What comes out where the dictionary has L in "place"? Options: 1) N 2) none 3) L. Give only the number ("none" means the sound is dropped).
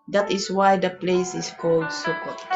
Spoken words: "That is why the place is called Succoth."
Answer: 3